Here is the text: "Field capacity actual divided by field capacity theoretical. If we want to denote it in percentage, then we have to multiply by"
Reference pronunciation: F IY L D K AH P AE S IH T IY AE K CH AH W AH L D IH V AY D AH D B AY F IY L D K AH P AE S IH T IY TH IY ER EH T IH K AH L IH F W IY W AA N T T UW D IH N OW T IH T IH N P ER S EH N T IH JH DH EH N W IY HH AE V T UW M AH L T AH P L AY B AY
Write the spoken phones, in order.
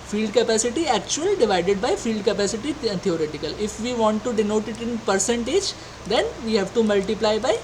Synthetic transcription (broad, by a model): F IY L D K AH P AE S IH T IY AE K CH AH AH L D IH V AY D AH D B AY F IY L D K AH P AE S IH T IY T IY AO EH T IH K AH L IH F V IY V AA N T T UW D IH N OW T IH T IH N P ER S EH N T IH JH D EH N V IY HH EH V T UW M AH L T AH P L AY B AY